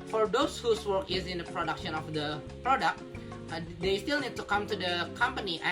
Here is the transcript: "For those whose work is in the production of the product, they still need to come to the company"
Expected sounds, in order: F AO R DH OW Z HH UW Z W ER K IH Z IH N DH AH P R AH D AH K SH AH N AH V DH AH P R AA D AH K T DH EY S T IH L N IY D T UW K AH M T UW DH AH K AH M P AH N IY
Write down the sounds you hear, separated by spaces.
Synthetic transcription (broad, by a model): F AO R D OW S HH UW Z W ER K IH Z IH N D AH P R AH D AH K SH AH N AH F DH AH P R AA D AH K T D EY S T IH L N IY D T UW K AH M T UW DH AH K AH M P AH N IY